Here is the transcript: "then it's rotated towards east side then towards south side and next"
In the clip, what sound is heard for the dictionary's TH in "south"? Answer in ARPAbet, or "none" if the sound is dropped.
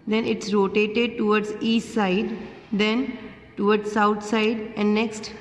T